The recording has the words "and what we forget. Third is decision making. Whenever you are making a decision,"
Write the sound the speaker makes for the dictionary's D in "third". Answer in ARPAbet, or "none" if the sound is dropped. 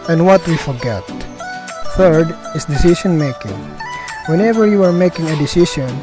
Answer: D